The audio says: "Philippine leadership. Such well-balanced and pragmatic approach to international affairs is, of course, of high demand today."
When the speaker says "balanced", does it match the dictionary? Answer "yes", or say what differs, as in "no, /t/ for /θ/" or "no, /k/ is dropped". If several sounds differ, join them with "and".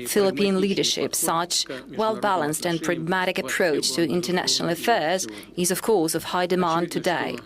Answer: yes